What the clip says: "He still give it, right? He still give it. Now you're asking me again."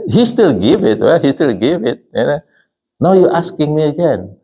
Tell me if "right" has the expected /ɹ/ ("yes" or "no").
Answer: no